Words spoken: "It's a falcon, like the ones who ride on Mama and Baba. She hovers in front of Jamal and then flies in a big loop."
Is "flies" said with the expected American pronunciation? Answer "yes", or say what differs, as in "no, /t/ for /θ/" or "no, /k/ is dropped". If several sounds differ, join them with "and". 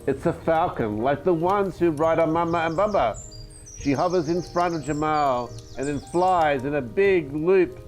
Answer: yes